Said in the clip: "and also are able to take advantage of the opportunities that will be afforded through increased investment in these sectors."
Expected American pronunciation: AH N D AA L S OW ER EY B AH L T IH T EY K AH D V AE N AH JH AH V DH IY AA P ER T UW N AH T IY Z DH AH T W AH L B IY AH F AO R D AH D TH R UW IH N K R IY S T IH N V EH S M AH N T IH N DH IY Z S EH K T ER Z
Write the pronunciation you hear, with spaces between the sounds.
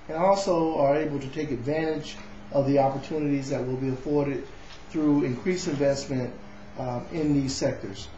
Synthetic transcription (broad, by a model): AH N AA L S OW ER EY B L T IH T EY K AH D V AE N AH JH AH V DH IY AA P ER T UW N AH T IY Z DH AH T W AH L B IY AH F AO R D AH D TH R UW IH N K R IY S IH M V EH S M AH N T IH N DH IY Z S EH K T ER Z